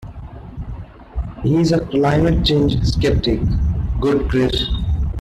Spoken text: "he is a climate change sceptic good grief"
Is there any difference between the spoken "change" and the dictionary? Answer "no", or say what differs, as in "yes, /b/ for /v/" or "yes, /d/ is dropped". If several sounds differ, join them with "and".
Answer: no